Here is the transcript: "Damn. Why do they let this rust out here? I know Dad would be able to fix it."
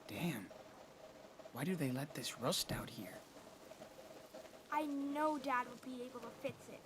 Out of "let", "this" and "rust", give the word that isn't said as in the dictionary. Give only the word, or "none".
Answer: none